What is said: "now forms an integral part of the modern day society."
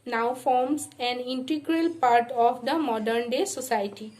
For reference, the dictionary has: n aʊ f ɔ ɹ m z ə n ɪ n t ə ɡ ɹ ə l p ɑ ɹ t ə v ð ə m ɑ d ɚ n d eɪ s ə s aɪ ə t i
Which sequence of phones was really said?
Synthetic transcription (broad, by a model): n aʊ f ɔ ɹ m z ə n ɪ n t ə ɡ ɹ ə l p ɑ ɹ t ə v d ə m ɑ d ɚ n d eɪ s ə s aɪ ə t i